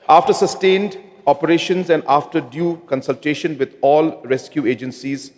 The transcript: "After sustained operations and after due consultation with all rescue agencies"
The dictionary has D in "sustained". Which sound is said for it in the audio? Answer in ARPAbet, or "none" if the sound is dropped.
D